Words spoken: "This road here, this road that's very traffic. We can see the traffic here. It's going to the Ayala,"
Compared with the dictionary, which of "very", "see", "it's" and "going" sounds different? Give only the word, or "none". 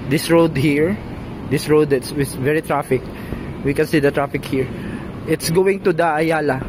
none